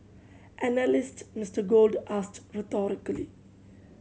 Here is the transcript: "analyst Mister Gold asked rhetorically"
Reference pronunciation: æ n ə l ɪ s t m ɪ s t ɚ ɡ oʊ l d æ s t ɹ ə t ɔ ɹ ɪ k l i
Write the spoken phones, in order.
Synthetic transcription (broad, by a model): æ n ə l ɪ s t m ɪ s t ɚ ɡ oʊ l d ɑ s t ɹ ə t ɔ ɹ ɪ k l i